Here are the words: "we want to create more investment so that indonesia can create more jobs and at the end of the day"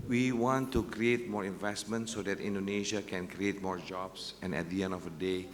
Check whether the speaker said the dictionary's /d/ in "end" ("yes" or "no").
no